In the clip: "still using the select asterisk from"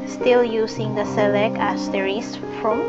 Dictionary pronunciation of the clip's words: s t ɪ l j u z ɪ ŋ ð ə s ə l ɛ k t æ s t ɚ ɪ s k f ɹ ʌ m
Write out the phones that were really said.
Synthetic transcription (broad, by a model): s t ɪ l j u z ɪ ŋ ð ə s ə l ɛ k æ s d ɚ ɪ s f ɹ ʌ m